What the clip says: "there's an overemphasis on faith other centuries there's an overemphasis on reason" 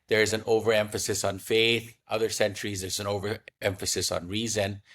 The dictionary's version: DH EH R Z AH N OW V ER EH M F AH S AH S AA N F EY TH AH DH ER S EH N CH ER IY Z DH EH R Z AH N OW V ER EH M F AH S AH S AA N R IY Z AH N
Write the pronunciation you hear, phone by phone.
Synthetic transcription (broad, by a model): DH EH R Z AH N OW V ER EH M F AH S AH S N F EY TH AH DH ER S EH N CH ER IY Z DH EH R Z AH N OW V ER EH M F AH S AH S N R IY Z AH N